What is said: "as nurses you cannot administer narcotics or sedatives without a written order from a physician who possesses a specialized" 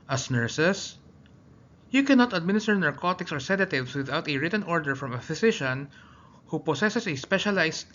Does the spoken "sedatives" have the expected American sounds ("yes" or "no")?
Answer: no